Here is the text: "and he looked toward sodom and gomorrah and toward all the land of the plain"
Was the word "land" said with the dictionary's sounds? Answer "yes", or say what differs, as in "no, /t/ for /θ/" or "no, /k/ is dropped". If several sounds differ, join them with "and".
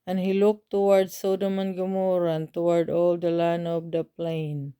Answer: no, /d/ is dropped